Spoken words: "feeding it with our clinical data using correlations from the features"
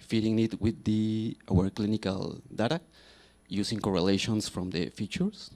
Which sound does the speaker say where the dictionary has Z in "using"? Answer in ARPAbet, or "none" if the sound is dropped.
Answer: S